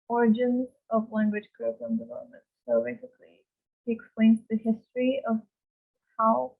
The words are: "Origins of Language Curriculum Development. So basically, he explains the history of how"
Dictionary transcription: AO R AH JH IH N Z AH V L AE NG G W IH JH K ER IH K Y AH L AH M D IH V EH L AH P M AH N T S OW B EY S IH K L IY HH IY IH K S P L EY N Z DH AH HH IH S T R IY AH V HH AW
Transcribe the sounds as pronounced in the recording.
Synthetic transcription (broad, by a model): AO R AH JH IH N Z AH V L AE NG G W IH JH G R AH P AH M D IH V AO AH M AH N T S OW B EY S IH K L IY HH IY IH K S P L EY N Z DH AH HH IH S T R IY AH V HH AW